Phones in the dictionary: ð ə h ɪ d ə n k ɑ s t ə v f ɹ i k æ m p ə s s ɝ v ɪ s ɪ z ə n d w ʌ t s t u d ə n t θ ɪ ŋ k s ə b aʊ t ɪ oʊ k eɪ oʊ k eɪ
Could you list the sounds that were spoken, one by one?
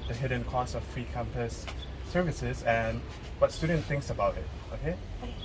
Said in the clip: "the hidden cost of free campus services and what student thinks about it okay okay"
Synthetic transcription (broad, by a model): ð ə h ɪ d ə n k ɑ s ə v f ɹ i k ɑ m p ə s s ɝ v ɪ s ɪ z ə n w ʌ t s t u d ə n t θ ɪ ŋ k s ə b aʊ t ɪ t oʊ k eɪ